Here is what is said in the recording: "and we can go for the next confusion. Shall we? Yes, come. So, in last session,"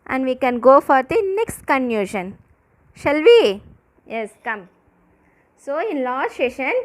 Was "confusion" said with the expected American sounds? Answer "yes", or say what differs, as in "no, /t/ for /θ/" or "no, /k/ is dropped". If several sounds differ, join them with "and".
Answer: no, /f/ is dropped